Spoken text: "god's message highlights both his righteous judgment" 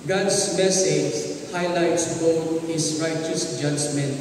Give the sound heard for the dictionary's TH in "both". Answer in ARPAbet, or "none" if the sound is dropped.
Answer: T